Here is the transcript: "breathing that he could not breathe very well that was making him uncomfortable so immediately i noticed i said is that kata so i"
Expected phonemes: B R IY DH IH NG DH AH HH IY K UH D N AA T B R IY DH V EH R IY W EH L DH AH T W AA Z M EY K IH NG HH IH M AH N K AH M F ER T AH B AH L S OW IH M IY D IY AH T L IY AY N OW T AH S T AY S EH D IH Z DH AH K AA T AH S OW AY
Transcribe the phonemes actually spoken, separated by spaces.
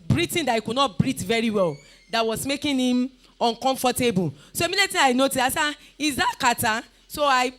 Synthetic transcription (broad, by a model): B R IY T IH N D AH HH IY K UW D N AA T B R IY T V EH R IY W EH L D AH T W AA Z M EY K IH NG HH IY M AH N K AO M F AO T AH B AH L S OW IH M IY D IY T IY AY N OW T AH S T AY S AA IH Z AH K AA T AH S OW AY